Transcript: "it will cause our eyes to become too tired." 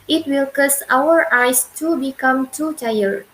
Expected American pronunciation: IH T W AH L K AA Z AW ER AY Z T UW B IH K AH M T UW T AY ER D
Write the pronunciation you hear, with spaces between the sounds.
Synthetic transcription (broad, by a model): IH T W AH L K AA S AW ER AY S T UW B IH K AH M T UW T AY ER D